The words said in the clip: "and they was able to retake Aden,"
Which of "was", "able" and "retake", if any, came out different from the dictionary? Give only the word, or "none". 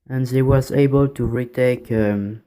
none